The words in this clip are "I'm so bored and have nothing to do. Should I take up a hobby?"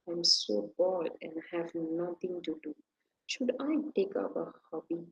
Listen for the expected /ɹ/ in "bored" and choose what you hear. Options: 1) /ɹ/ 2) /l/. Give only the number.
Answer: 2